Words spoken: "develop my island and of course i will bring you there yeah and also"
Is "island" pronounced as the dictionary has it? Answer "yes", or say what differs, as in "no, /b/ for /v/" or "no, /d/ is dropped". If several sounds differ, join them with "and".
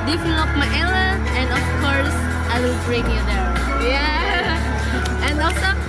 no, /d/ is dropped